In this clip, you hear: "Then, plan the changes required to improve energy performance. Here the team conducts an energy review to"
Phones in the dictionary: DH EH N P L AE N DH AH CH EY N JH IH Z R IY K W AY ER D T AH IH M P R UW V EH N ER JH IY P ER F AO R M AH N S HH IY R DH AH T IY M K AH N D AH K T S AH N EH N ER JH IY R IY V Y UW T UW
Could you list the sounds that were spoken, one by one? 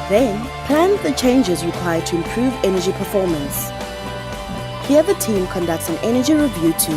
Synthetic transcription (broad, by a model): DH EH N P L AE N DH AH CH EY N JH IH Z R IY K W AY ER D T AH IH M P R UW V EH N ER JH IY P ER F AO M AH N S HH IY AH DH AH T IY M K AH N D AH K T S AH N EH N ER JH IY R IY V Y UW T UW